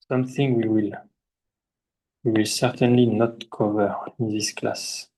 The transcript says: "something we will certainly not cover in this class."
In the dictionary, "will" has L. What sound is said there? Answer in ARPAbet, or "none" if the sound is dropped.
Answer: L